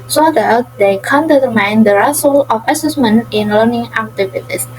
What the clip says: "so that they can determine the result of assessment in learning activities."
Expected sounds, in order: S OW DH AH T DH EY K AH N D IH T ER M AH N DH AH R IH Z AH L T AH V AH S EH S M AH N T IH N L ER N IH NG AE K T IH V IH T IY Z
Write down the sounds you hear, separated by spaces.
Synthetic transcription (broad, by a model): S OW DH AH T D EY K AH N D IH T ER M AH N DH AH R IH S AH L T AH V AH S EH S M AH N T IH N L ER N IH NG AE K T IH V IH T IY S